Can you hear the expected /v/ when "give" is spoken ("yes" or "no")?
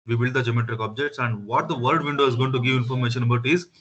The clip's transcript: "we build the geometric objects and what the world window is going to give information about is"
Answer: yes